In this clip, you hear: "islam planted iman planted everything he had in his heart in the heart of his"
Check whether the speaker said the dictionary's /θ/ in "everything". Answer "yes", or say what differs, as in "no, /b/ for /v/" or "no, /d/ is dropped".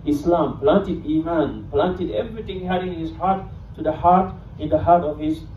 no, /t/ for /θ/